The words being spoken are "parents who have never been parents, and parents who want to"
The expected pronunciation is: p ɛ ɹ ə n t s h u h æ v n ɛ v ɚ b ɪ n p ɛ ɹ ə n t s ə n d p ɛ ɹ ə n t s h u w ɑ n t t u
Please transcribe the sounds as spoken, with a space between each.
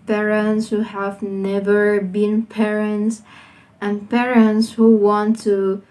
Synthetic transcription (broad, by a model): p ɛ ɹ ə n t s h u h æ v n ɛ v ɚ b ɪ n p ɛ ɹ ə n t s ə n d p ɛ ɹ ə n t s h u w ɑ n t t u